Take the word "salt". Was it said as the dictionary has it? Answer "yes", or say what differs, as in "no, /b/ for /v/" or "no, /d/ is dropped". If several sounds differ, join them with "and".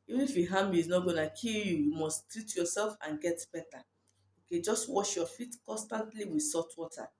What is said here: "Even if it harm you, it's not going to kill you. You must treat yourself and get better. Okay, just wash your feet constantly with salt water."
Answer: no, /l/ is dropped